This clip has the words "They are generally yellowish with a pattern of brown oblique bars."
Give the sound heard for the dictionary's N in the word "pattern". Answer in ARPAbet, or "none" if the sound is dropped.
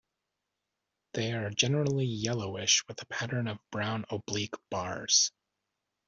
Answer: N